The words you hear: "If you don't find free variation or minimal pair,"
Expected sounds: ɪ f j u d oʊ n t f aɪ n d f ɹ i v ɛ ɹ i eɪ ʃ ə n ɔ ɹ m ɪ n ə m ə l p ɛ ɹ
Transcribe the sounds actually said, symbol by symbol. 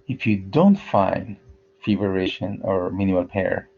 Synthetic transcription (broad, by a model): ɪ f j u d oʊ n t f aɪ n d f i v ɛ ɹ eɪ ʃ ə n ɔ ɹ m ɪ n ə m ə l p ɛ ɹ